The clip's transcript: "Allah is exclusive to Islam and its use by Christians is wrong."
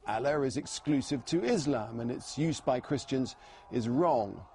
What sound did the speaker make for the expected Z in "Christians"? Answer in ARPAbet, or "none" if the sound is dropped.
Z